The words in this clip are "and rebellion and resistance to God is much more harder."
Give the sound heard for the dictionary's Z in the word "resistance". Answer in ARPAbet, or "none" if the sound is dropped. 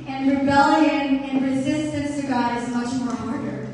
Z